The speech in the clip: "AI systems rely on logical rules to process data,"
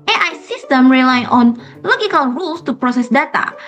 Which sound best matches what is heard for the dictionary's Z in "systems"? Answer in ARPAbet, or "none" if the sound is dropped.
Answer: none